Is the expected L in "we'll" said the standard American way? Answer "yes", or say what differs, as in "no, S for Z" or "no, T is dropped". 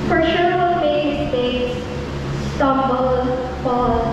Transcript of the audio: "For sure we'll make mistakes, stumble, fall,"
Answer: no, N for L